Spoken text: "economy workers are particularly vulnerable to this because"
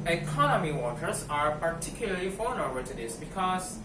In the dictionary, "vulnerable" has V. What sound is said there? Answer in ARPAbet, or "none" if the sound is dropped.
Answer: F